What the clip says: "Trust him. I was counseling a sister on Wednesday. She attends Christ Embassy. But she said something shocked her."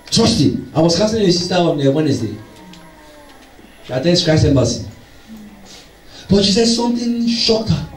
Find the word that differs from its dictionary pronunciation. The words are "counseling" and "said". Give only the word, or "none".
counseling